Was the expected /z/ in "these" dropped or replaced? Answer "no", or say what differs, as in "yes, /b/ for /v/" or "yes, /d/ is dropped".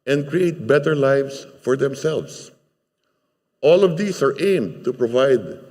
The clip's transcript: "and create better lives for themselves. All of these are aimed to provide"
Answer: yes, /s/ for /z/